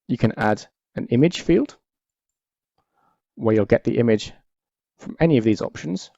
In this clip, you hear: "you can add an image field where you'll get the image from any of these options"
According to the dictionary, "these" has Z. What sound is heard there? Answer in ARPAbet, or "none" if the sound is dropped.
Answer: Z